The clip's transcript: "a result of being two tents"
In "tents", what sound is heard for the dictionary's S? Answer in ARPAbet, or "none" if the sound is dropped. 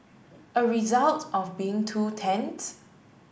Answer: none